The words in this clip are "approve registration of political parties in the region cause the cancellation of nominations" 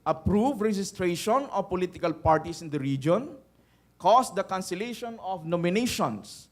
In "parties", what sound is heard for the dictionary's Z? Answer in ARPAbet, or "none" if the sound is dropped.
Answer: S